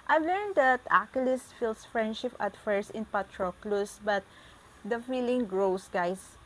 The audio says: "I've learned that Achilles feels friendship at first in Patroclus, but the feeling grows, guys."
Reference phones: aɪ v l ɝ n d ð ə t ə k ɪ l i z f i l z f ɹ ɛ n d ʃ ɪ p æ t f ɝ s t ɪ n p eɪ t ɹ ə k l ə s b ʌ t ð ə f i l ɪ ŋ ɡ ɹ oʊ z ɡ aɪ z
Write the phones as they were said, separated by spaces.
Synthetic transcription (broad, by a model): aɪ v l ɝ n d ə t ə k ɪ l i s f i l s f ɹ ɛ n d ʃ ɪ p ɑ t f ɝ s ɪ n p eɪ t ɹ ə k l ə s b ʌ t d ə f i l ɪ ŋ ɡ ɹ oʊ s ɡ aɪ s